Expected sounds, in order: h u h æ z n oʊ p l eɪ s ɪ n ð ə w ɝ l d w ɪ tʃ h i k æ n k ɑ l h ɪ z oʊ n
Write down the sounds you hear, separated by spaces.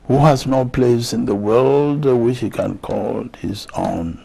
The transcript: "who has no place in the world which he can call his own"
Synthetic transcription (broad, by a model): h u h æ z n oʊ p l eɪ s ɪ n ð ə w ɝ l d w ɪ tʃ h i k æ n k ɑ l h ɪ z oʊ n